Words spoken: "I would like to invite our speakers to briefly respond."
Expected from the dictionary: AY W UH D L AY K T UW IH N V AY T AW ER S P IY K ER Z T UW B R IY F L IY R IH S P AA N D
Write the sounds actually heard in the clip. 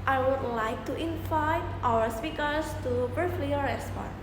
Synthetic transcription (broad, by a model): AY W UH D L AY K T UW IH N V AY T AW ER S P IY K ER S T UW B AH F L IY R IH S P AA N